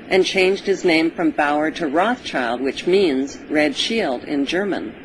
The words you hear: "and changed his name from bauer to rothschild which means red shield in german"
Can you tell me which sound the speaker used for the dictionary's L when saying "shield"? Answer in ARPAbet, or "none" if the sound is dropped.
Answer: L